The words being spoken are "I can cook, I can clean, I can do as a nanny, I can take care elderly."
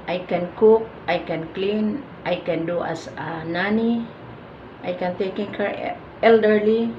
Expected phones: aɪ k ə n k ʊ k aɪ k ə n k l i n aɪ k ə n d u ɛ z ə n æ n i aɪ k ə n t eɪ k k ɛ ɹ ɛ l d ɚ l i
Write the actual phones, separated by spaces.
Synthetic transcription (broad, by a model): aɪ k ə n k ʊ k aɪ k ə n k l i n aɪ k ə n d u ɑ s ə n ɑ n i aɪ k ə n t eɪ k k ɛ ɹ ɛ l d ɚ l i